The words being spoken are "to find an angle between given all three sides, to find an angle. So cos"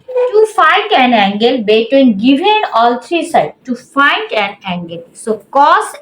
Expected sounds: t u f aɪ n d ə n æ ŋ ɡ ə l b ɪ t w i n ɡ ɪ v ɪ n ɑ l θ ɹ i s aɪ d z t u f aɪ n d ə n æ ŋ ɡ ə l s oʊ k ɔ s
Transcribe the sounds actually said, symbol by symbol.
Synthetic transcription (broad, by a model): t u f aɪ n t ə n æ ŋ ɡ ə l b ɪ t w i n ɡ ɪ v ɪ n ɑ l t ɹ i s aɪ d t u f aɪ n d ə n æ ŋ ɡ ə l s oʊ k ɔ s